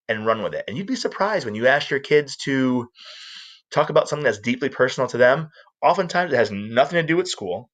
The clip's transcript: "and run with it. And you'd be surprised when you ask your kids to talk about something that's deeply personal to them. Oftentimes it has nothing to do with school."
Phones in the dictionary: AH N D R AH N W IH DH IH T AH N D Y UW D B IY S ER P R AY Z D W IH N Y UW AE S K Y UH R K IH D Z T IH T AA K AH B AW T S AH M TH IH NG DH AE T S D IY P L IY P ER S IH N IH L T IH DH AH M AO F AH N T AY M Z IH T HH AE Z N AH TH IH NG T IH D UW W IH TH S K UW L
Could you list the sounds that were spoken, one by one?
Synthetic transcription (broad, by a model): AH N R AH N W IH DH IH T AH N Y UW D B IY S ER P R AY Z D W IH N Y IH AE S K Y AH R K IH D Z T IH T AA K AH B AW T S AH M TH IH NG DH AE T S D IY P L IY P ER S N L T IH DH AH M AO F AH N T AY M Z IH T HH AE Z N AH TH IH NG T IH D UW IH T S K UW L